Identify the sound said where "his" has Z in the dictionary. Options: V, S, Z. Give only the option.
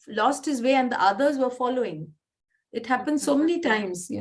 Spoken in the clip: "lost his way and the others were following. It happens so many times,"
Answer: Z